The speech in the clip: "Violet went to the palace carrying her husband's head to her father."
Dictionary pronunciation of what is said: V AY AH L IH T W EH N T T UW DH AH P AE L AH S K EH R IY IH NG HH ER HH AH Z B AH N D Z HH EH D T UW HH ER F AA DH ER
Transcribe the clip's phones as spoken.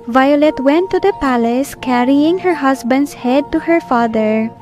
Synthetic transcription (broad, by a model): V AY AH L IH T W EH N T T UW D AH P AE L AH S K EH R IY IH NG HH ER HH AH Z B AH N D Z HH EH D T UW HH ER F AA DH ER